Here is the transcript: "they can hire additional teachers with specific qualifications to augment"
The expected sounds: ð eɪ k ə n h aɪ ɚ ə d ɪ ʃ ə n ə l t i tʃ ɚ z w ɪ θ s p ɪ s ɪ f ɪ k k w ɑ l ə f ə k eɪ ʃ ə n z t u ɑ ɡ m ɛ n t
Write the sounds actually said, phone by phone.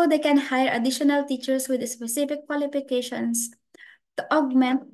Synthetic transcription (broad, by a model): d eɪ k ə n h aɪ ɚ ə d ɪ ʃ ə n ə l t i tʃ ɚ s w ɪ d s p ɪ s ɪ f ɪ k k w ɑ l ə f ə k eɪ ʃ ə n s t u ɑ ɡ m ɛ n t